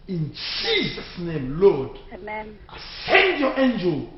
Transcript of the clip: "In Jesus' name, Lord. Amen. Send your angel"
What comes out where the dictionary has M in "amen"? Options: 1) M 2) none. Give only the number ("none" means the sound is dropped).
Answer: 2